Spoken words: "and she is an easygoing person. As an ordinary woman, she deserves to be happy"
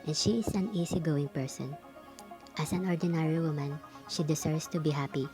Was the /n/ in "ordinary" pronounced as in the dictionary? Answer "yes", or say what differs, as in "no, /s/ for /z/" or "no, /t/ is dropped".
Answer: yes